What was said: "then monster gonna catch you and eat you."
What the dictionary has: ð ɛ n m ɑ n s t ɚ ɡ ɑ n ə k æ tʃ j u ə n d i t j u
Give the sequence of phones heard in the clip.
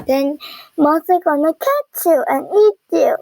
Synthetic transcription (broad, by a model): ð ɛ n m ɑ s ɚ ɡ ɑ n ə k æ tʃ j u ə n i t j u